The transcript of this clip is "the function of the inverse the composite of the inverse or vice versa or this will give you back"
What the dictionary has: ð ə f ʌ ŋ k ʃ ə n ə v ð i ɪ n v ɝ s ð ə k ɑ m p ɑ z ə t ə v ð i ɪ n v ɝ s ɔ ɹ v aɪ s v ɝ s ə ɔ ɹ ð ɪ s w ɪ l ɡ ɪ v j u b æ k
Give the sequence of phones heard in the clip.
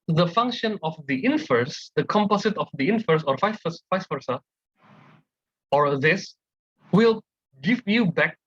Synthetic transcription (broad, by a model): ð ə f ʌ ŋ k ʃ ə n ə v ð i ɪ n f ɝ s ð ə k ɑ m p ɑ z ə t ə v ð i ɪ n f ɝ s ɔ ɹ f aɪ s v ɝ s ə ɔ ɹ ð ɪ s w ɪ l ɡ ɪ v j u b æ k